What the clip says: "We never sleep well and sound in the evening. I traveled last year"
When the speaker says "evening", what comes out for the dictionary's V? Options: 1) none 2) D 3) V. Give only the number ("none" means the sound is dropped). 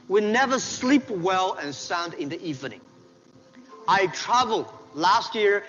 3